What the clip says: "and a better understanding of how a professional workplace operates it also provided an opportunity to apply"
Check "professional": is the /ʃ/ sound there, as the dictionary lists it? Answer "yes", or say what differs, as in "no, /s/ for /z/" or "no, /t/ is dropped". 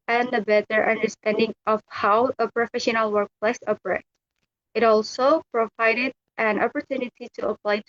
yes